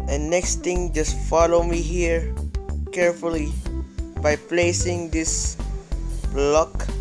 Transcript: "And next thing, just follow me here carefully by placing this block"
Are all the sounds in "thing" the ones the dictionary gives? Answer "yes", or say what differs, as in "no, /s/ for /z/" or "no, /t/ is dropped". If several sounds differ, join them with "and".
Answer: no, /t/ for /θ/